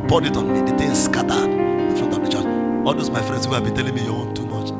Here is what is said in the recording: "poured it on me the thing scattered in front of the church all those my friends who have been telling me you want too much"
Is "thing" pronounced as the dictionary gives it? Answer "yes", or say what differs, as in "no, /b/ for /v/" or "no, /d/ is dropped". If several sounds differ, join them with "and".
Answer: no, /t/ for /θ/